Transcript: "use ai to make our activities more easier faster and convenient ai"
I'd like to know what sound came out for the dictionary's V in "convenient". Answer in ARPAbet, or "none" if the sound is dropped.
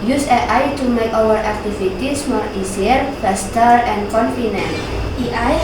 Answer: F